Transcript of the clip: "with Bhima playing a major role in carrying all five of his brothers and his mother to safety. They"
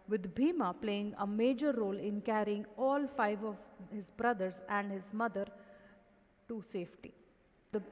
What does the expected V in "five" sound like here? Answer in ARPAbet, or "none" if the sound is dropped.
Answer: V